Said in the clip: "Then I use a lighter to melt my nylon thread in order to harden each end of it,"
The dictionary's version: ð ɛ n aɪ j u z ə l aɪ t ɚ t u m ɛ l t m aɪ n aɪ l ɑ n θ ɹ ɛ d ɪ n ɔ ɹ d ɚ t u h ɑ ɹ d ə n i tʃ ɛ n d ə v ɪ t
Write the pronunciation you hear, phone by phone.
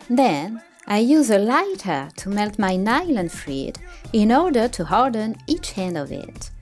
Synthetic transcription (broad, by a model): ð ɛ n aɪ j u z ə l aɪ t ɚ t u m ɛ l t m aɪ n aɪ l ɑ n f ɹ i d ɪ n ɔ ɹ d ɚ t u h ɑ ɹ d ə n i tʃ ɛ n d ə v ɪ t